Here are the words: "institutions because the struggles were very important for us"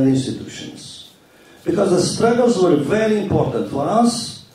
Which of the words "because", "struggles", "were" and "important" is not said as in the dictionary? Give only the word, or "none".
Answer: none